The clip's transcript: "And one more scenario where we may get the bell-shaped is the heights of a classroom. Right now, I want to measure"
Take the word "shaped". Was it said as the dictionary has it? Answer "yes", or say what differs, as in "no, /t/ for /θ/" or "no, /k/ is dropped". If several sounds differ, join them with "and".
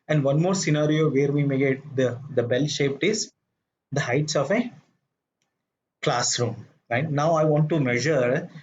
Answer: yes